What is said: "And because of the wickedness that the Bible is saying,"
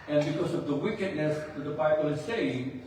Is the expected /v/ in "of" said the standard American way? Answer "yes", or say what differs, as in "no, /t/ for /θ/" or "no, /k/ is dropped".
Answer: yes